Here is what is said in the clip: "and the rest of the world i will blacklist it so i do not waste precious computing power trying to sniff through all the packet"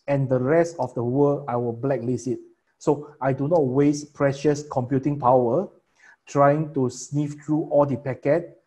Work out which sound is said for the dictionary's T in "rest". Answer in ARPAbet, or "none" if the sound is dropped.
T